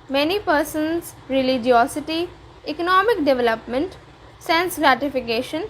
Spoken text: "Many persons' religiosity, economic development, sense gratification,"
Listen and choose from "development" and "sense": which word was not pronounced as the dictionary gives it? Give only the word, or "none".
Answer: none